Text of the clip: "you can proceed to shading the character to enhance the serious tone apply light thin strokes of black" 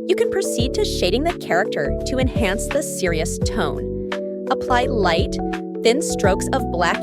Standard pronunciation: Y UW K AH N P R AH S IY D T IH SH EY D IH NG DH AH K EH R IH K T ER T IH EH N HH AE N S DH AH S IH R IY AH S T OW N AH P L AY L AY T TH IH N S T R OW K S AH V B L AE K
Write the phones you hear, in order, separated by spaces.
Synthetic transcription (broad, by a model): Y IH K AH N P R AH S IY D T IH SH EY D IH NG DH AH K EH R IH K T ER T IH EH N HH AE N S DH AH S IH R IY AH S T OW N AH P L AY L AY T TH IH N S T R OW K S AH V B L AE K